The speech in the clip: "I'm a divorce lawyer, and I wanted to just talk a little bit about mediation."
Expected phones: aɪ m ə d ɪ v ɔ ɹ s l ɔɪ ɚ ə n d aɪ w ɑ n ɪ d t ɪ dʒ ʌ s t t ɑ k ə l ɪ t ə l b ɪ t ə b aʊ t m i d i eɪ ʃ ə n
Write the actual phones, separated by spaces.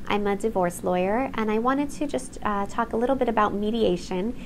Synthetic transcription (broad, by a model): aɪ m ə d ɪ v ɔ ɹ s l ɔɪ ɚ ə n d aɪ w ɑ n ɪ d t ɪ dʒ ʌ s t t ɑ k ə l ɪ t l b ɪ t ə b aʊ t m i d i eɪ ʃ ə n